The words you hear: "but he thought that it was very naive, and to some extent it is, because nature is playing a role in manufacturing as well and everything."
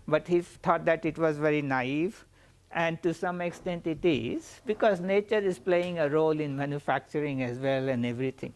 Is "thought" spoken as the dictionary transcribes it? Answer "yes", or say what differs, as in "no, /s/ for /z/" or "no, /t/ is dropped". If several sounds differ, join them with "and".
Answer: no, /t/ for /θ/